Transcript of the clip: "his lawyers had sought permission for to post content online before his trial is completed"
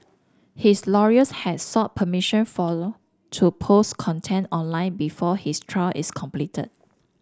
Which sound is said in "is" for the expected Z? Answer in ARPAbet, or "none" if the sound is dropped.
S